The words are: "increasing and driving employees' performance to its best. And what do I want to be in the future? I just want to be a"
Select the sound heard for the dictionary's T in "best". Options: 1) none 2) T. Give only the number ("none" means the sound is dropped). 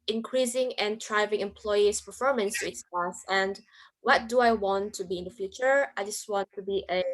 1